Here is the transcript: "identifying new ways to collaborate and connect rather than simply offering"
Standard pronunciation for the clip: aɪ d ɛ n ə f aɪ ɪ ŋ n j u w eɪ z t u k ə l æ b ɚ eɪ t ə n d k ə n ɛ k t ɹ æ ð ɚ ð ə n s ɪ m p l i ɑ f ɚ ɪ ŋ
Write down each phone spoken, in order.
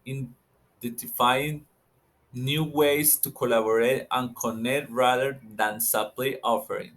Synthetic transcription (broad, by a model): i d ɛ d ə f aɪ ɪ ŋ n j u w eɪ s t u k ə l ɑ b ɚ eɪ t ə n k ə n ɛ k t ɹ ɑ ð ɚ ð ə n s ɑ p l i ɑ f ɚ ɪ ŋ